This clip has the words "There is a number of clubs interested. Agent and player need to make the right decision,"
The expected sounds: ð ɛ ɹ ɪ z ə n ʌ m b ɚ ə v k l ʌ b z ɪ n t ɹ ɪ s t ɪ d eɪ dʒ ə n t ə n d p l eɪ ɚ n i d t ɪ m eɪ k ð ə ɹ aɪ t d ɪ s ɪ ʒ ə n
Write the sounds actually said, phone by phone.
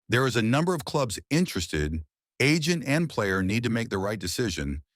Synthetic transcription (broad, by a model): ð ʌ ɹ ɪ z ə n ʌ m b ɚ ə v k l ʌ b z ɪ n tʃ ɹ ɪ s t ɪ d eɪ dʒ ə n t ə n p l eɪ ɚ n i d t ɪ m eɪ k ð ə ɹ aɪ t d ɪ s ɪ ʒ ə n